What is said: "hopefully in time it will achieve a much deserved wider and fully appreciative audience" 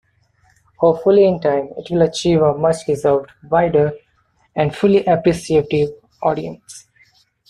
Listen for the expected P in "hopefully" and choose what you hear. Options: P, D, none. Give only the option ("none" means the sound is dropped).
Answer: none